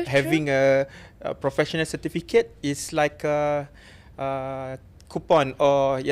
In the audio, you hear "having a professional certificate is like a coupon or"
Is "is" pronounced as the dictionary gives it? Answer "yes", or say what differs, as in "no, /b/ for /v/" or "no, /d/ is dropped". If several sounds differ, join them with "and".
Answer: no, /s/ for /z/